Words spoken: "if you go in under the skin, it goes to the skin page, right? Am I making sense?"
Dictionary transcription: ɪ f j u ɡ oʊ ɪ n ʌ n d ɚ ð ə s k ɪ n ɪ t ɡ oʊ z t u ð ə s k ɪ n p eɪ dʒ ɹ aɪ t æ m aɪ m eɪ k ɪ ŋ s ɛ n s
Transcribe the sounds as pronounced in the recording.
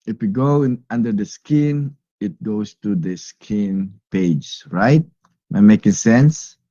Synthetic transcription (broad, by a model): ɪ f j u ɡ oʊ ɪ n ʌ n d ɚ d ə s k ɪ n ɪ t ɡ oʊ s t u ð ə s k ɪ n p eɪ dʒ ɹ aɪ t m aɪ m eɪ k ɪ ŋ s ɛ n s